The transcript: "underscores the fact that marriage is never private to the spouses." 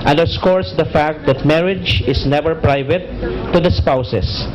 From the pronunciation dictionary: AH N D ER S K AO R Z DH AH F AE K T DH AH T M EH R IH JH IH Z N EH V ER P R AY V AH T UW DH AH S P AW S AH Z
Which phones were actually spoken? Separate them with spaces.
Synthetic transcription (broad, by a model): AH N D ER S K AO R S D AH F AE K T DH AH T M EH R IH JH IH S N EH V ER P R AY V AH T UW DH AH S P AW S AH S